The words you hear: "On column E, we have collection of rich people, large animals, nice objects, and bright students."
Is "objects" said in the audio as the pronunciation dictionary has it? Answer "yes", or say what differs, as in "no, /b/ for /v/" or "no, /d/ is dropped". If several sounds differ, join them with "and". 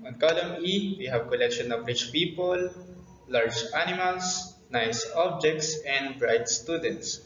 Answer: yes